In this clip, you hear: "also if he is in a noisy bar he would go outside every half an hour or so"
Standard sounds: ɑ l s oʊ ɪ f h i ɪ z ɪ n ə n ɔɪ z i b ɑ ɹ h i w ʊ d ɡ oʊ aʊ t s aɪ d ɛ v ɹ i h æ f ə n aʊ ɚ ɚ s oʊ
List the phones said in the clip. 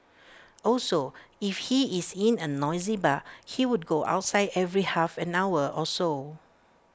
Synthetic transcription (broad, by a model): ɑ l s oʊ ɪ f h i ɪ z ɪ n ə n ɔɪ z i b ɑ h i w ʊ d ɡ oʊ aʊ t s aɪ d ɛ v ɹ i h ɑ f ə n aʊ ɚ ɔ s oʊ